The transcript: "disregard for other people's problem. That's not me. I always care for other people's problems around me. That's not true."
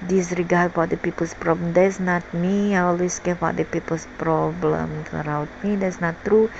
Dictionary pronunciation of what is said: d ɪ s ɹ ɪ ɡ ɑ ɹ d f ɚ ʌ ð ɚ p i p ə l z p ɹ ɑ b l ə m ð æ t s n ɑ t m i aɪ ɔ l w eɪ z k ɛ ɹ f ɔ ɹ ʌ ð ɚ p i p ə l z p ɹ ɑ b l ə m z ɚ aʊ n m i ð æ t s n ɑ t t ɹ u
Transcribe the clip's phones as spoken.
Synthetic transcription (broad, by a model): d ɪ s ɹ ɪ ɡ ɑ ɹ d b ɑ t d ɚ p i p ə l s p ɹ ɑ b l ə m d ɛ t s n ɑ t m i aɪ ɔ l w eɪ s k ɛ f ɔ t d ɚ p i p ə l s p ɹ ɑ b l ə m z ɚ aʊ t m i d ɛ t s n ɑ t t ɹ u